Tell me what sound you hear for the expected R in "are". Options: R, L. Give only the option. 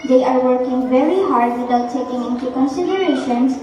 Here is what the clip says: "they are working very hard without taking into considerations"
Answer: R